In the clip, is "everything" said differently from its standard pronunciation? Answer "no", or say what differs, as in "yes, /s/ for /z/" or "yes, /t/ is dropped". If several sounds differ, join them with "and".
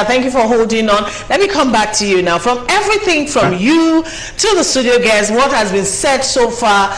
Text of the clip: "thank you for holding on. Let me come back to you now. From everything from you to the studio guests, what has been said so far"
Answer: no